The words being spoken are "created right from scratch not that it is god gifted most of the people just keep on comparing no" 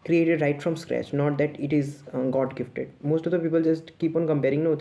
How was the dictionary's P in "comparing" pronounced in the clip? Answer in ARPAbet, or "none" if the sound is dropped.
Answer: P